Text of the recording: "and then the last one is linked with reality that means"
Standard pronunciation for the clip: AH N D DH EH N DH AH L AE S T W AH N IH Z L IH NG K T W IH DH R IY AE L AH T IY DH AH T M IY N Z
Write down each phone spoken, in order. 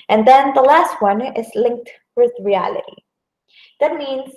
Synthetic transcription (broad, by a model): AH N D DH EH N DH AH L AE S T W AH N IH Z L IH NG K T W IH DH R IY AE L AH T IY DH AH T M IY N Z